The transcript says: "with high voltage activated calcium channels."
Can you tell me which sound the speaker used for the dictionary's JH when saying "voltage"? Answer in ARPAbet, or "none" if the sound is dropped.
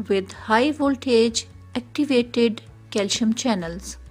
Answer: JH